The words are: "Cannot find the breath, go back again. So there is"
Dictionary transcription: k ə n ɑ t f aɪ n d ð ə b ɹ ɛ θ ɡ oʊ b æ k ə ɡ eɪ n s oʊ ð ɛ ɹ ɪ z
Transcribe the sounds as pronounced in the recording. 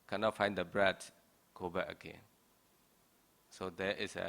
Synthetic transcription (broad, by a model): k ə n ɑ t f aɪ n d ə b ɹ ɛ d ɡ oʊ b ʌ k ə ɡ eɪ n s oʊ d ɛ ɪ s